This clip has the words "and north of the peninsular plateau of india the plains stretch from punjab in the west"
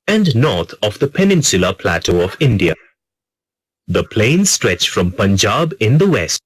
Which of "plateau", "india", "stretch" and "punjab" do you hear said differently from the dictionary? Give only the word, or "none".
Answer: none